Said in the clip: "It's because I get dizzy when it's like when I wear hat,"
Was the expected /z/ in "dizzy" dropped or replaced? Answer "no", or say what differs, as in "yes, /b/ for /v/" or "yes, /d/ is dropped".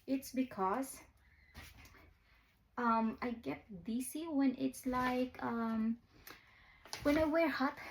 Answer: yes, /s/ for /z/